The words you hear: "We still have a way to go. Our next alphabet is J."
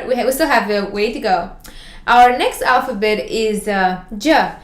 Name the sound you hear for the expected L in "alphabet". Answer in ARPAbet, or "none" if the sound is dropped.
L